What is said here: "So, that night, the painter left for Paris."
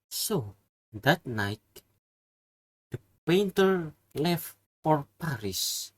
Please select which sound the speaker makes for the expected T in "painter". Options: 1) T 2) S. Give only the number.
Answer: 1